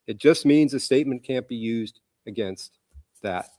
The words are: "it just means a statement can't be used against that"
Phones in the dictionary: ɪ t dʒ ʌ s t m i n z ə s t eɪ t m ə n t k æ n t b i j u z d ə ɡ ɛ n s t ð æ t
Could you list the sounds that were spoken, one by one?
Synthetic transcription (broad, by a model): ɪ t dʒ ʌ s t m i n z ə s t eɪ t m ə n k æ n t b i j u z d ə ɡ ɛ n s t ð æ t